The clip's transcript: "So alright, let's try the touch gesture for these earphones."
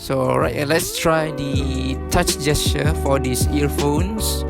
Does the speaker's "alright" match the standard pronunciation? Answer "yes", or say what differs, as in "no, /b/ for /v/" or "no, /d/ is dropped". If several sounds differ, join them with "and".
no, /l/ is dropped